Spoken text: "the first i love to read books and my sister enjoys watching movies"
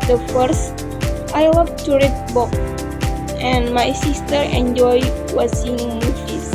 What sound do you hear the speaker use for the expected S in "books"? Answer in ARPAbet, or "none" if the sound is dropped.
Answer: none